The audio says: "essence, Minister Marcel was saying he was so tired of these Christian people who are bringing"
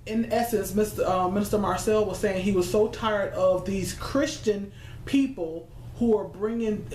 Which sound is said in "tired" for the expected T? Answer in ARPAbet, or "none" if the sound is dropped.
T